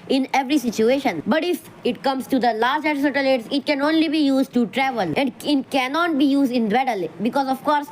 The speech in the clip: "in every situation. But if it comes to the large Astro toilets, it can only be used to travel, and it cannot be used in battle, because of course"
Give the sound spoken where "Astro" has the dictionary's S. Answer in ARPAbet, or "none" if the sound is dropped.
none